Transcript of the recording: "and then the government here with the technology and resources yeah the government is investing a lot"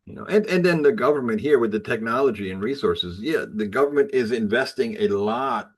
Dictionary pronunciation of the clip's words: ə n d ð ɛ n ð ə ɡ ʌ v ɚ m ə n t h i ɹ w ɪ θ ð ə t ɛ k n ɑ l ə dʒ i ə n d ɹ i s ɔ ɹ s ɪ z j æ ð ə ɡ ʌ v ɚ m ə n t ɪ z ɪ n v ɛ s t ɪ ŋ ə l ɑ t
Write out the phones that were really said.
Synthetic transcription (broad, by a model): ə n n ð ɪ n ð ə ɡ ʌ v ɚ m ə n t h i ɹ w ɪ ð ə t ɛ k n ɑ l ə dʒ i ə n ɹ i s ɔ ɹ s ɪ z j æ ð ə ɡ ʌ v ɚ m ə n t ɪ z ɪ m v ɛ s t ɪ ŋ ə l ɑ t